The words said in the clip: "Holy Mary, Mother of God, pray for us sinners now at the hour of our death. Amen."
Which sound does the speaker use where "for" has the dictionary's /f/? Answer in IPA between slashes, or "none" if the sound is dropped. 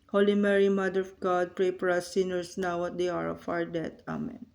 /p/